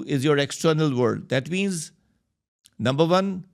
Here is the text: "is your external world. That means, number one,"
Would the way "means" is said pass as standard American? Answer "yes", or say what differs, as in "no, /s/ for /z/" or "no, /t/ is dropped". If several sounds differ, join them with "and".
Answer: yes